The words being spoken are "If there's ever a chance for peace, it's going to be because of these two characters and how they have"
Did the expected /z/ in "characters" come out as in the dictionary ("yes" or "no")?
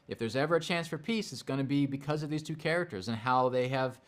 yes